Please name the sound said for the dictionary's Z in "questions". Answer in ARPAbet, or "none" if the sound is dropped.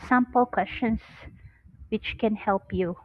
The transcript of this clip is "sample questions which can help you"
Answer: S